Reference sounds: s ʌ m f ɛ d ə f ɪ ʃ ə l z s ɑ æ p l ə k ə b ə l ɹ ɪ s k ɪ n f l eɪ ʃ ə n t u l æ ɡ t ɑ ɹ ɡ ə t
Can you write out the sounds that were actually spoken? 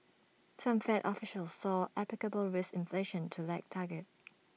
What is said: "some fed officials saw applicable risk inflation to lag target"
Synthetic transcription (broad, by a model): s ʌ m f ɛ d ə f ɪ ʃ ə l s ɑ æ p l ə k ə b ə l ɹ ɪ s ɪ n f l eɪ ʃ ə n t u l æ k t ɑ ɡ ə t